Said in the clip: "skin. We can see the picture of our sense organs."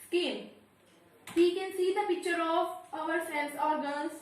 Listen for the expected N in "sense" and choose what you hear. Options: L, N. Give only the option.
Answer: L